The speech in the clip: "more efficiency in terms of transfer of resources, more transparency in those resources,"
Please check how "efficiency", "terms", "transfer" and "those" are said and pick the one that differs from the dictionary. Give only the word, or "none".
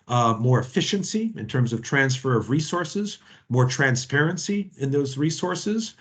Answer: none